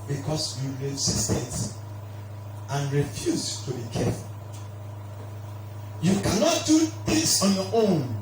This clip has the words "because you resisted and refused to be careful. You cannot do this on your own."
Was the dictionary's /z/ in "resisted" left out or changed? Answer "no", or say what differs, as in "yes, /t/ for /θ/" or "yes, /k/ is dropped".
yes, /s/ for /z/